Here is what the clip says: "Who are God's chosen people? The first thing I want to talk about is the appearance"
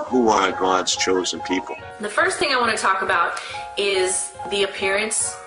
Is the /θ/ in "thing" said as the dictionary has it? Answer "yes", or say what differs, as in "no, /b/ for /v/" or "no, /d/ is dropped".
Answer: yes